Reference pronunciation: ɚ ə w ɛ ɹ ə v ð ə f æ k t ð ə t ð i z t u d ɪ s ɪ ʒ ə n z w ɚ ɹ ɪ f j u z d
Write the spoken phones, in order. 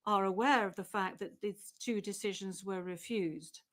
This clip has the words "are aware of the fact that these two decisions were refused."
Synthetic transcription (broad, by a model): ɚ ə w ɛ ɹ ə v ð ə f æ k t ð ə t ð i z t u d ɪ s ɪ ʒ ə n z w ɚ ɹ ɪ f j u z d